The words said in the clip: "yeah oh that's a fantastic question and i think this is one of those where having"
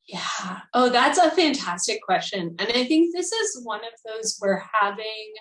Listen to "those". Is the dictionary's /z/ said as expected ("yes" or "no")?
yes